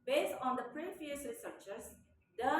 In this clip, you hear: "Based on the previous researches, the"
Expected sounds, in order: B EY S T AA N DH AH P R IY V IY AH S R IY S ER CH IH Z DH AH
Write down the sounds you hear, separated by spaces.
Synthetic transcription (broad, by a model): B EY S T AA N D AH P R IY F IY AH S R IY S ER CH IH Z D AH